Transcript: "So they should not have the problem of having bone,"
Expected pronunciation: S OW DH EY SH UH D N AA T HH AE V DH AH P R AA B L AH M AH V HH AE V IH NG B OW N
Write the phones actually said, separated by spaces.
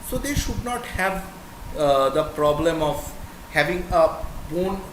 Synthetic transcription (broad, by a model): S OW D EY SH UH D N AA T HH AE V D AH P R AA B L AH M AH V HH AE V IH NG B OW N